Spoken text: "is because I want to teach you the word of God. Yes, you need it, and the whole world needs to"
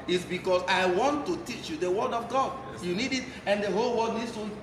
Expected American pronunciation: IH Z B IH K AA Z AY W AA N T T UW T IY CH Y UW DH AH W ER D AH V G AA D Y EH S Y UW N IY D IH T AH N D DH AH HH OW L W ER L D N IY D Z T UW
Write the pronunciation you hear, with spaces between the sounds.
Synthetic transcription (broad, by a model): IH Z B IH K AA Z AY W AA N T T UW T IY CH Y UW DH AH W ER D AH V G AA D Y Y UW N IY D IH T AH N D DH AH HH OW L W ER D N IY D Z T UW